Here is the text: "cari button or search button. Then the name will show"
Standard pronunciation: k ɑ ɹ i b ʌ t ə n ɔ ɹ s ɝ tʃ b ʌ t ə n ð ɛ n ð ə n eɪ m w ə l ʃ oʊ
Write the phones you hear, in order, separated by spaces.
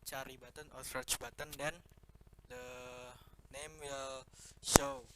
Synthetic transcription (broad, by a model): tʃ ɑ ɹ i b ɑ t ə n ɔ l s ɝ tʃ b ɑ t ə n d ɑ n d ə n eɪ m w ə l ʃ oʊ